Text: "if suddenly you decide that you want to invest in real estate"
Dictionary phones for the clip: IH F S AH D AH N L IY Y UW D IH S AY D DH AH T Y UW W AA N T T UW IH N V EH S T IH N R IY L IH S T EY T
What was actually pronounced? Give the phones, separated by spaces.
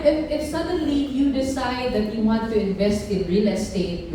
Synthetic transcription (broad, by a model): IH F S AH D AH N L IY Y UW D IH S AY D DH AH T Y UW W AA N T T UW IH N V EH S T IH N R IY L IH S T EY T